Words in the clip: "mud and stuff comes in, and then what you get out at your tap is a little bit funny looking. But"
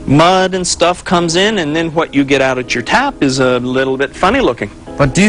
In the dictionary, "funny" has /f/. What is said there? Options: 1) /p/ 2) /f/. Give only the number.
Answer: 2